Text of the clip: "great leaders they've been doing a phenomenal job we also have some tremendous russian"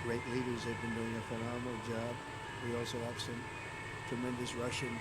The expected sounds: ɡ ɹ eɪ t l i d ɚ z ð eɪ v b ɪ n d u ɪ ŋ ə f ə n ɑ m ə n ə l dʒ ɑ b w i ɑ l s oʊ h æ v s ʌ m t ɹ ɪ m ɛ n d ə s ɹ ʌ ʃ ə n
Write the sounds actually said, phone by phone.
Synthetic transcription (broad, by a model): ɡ ɹ eɪ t l i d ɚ z ð eɪ v b ɪ n d u ɪ ŋ ə f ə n ɑ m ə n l dʒ ɑ b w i ɑ l s oʊ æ p s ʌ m t ɹ ɪ m ɛ n d ə s ɹ ʌ ʃ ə n